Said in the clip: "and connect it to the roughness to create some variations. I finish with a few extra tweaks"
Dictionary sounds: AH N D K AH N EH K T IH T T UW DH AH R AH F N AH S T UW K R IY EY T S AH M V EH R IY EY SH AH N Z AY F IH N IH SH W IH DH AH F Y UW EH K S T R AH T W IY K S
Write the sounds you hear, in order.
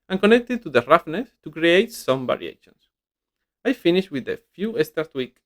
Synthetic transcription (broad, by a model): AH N K AH N EH K T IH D T UW DH AH R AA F N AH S T UW K R IY EY T S AH M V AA R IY EY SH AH N S AY F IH N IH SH W IH DH AH F Y UW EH S T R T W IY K